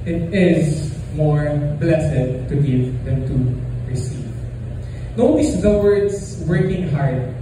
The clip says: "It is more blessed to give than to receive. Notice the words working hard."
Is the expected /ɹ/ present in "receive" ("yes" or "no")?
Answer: yes